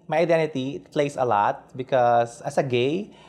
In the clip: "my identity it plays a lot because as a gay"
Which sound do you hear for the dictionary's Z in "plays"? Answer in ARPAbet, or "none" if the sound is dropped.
S